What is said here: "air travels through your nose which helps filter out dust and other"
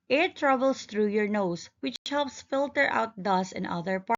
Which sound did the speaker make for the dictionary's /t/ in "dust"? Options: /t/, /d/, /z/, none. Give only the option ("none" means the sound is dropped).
none